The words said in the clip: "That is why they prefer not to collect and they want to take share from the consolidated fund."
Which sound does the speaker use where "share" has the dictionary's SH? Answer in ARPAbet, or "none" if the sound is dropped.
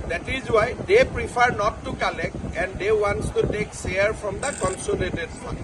S